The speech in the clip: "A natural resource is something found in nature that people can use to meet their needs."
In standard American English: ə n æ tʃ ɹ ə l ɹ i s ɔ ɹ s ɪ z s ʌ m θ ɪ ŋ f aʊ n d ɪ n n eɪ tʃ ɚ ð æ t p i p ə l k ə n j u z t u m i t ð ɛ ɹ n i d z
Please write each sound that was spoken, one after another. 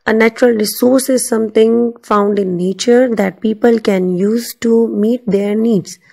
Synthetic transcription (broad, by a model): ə n æ tʃ ɹ ə l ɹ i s ɔ ɹ s ɪ z s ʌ m t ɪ ŋ f aʊ n d ɪ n n eɪ tʃ ɚ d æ t p i p ə l k ə n j u z t u m i t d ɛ ɹ n i d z